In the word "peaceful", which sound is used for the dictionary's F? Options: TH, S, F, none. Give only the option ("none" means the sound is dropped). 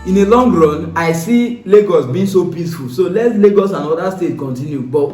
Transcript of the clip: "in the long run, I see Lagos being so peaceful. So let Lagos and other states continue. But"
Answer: F